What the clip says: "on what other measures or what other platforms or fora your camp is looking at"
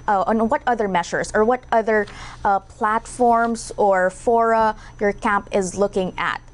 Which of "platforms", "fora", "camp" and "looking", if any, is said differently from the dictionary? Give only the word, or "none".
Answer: none